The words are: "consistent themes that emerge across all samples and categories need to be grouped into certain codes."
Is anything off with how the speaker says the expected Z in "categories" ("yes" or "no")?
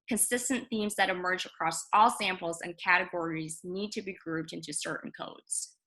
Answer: no